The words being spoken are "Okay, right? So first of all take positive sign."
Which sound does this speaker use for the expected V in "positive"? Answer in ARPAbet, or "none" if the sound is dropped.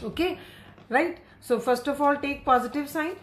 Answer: V